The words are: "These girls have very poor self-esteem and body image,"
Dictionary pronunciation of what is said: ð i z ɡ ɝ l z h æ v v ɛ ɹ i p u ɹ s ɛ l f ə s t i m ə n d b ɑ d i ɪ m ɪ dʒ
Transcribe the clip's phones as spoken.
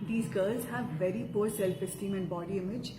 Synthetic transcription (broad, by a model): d i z ɡ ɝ l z h æ v v ɛ ɹ i p u ɹ s ɛ l f ə s t i m ə n d b ɑ d i ɪ m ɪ dʒ